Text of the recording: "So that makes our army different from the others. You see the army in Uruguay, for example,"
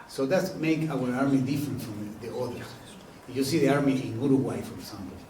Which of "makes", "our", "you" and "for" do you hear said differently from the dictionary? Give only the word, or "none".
makes